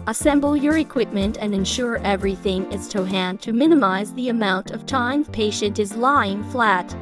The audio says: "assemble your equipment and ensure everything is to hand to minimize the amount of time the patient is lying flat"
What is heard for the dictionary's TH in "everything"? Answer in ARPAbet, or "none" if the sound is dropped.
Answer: TH